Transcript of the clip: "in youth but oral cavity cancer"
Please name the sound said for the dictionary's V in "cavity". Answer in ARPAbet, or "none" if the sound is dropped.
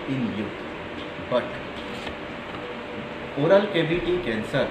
B